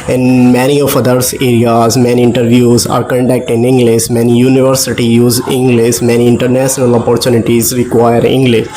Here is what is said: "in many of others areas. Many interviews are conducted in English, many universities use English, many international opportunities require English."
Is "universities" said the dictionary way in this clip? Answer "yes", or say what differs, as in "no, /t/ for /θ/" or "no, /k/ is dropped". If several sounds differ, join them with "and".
no, /z/ is dropped